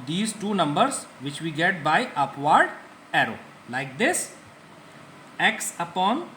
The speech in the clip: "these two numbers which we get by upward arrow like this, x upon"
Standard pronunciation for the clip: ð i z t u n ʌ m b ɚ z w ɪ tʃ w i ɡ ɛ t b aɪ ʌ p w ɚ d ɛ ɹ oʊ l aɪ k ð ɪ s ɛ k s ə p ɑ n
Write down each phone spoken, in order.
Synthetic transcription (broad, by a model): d i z t u n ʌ m b ɚ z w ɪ tʃ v i ɡ ɛ t b aɪ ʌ p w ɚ d ɛ ɹ oʊ l aɪ k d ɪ s ɛ k s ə p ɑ n